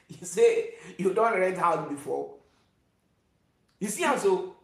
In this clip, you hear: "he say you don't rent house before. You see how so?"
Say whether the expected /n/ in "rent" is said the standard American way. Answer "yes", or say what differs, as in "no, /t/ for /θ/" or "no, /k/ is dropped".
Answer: no, /n/ is dropped